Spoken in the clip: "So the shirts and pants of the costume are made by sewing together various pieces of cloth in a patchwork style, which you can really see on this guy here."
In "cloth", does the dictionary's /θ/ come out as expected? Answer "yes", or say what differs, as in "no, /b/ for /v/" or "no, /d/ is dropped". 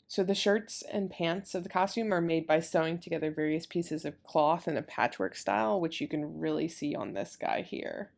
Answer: yes